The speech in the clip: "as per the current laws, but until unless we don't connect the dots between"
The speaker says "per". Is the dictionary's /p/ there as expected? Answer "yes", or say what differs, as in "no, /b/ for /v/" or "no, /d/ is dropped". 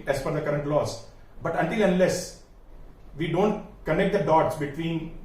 no, /f/ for /p/